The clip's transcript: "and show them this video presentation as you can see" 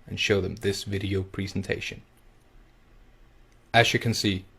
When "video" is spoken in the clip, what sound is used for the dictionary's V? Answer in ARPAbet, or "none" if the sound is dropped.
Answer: V